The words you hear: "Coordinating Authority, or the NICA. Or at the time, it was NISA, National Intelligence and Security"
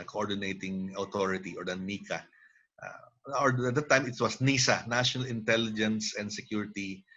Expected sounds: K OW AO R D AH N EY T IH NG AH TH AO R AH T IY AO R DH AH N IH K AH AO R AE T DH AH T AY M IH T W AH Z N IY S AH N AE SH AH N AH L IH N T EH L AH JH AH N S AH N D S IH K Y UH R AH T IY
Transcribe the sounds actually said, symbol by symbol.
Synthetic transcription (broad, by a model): K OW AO R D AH N EY T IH NG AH T AO R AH T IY AO R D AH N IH K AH AO R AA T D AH T AY M IH T W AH S N IY S AH N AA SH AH N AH L IH N T EH L AH JH AH N S AH N D S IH K Y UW R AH T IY